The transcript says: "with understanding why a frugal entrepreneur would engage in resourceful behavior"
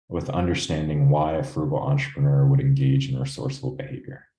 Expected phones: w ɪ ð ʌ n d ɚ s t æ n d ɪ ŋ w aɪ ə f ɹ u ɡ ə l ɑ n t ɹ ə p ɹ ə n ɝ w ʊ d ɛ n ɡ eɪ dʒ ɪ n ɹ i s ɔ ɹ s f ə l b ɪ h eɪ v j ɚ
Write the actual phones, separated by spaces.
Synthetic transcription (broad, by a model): w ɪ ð ʌ n d ɚ s t æ n d ɪ ŋ w aɪ ə f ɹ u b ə l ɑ n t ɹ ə p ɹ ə n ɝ w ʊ d ɛ n ɡ eɪ dʒ ɪ n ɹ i s ɔ ɹ s ə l b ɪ h eɪ v j ɚ